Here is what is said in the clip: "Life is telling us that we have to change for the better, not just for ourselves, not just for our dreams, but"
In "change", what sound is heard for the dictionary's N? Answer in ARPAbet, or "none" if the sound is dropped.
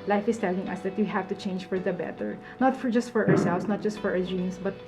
N